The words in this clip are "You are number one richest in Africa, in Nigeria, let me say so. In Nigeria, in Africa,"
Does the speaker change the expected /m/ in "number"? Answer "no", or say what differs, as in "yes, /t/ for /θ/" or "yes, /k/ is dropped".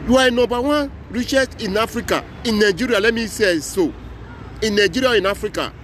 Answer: yes, /m/ is dropped